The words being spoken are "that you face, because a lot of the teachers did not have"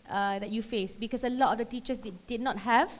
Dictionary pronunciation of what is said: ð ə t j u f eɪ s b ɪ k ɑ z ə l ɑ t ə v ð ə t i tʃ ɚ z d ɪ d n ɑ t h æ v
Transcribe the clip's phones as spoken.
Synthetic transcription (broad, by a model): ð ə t j u f eɪ s b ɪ k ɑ s ə l ɑ t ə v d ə t i tʃ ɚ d d ɪ d n ɑ t h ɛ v